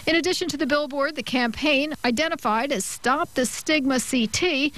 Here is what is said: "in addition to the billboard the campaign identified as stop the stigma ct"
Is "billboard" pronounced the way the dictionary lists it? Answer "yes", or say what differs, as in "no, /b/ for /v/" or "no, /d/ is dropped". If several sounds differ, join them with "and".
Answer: yes